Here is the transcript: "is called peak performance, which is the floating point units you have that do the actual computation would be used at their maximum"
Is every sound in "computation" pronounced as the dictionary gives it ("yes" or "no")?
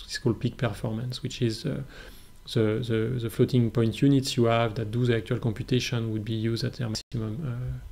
yes